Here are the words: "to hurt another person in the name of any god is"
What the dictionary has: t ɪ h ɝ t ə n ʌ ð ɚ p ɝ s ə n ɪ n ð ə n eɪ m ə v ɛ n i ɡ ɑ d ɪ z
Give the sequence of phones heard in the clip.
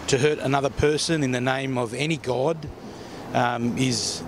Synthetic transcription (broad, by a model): t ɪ h ɝ t ə n ʌ ð ɚ p ɝ s ə n ɪ n ð ə n eɪ m ə v ɛ n i ɡ ɑ d ɪ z